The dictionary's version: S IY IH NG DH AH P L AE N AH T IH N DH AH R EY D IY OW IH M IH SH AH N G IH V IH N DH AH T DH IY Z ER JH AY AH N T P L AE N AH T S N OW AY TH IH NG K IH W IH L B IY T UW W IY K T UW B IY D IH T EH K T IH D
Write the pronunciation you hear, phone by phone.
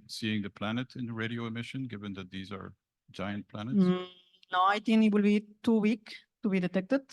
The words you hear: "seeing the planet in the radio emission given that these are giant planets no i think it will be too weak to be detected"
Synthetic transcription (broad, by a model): S IY IH NG DH AH P L AE N AH T IH N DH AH R EY D IY OW IH M IH SH AH N G IH V IH N DH AH T DH IY Z ER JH AY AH N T P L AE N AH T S N OW AY T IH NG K IH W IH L B IY T UW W IY K T UW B IY D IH T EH K T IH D